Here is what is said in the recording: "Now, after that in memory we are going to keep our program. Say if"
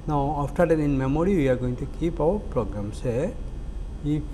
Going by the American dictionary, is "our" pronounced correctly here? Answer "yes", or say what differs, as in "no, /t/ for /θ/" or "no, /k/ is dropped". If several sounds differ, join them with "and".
no, /w/ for /ɹ/